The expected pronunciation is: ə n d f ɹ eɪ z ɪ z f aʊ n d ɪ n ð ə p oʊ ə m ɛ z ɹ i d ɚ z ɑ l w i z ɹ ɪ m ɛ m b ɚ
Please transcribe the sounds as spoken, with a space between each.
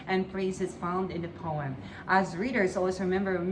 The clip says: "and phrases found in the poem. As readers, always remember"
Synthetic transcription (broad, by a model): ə n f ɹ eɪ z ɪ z f aʊ n d ɪ n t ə p oʊ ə m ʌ z ɹ i d ɚ z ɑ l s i ɹ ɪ m ɛ m b ɚ